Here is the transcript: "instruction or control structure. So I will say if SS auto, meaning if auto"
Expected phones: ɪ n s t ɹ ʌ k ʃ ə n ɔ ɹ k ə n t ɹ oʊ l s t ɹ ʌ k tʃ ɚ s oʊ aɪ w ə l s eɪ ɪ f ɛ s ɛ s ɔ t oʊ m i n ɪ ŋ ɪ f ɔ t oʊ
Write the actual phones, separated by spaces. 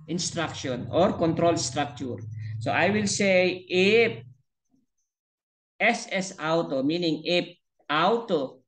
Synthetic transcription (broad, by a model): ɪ n s t ɹ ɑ k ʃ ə n ɔ ɹ k ə n t ɹ oʊ l s t ɹ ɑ k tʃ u s oʊ aɪ w ə l s eɪ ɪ p ɛ s ɛ s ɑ t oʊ m i n ɪ ŋ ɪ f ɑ t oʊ